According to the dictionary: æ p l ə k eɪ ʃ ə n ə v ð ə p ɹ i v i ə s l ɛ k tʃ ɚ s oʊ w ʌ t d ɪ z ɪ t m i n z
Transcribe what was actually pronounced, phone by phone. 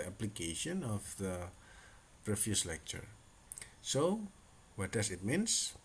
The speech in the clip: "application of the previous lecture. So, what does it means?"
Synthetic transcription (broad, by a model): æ p l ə k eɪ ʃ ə n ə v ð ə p ɹ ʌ f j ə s l ɛ k tʃ ɚ s oʊ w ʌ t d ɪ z ɪ t m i n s